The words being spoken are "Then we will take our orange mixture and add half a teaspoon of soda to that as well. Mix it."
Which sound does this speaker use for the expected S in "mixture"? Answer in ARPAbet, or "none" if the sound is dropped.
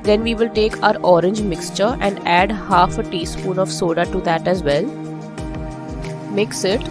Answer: S